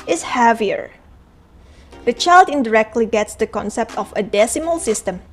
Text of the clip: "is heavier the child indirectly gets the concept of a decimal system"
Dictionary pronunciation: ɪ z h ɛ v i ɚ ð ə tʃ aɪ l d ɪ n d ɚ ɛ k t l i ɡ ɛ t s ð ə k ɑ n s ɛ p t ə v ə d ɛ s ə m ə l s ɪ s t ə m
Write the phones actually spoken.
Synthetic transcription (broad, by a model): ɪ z h ɛ v i ɚ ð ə tʃ aɪ l d ɪ n d ɚ ɛ k t l i ɡ ɛ t s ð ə k ɑ n s ɛ p t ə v ə d ɛ s ə m ə l s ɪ s t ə m